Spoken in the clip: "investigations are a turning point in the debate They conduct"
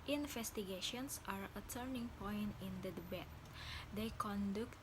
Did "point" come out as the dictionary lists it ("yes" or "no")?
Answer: yes